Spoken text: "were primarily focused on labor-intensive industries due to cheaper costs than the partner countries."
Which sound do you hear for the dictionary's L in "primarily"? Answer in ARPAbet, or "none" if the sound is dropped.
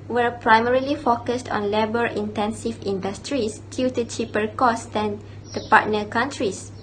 L